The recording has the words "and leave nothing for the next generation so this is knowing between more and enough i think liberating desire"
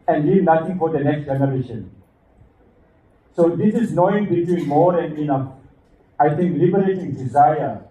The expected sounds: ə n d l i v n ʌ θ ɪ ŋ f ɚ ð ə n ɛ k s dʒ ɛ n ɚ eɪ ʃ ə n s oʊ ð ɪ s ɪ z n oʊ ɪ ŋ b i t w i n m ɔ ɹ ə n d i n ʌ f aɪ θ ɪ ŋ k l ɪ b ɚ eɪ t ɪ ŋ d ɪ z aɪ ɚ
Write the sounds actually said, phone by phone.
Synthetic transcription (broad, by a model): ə n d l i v n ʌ t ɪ ŋ f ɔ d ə n ɛ k s dʒ ɛ n ɚ eɪ ʃ ə n s oʊ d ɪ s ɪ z n oʊ ɪ ŋ b i t w i n m ɔ ɹ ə n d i n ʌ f aɪ t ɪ ŋ k l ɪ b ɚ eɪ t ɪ ŋ d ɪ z aɪ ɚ